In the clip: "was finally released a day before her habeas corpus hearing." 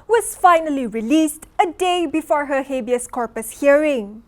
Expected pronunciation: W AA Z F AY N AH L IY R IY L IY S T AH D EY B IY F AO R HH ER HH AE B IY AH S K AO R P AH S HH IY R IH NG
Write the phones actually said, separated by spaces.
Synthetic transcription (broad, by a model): W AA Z F AY N AH L IY R IY L IY S T AH D EY B IY F AO R HH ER HH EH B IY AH S K AO R P AH S HH IY R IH NG